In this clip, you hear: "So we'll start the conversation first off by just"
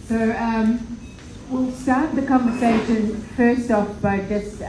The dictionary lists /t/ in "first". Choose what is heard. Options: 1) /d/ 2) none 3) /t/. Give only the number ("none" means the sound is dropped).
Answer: 3